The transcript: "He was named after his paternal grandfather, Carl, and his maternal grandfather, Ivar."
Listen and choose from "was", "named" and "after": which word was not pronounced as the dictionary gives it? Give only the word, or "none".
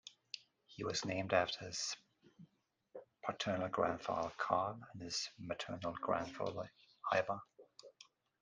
none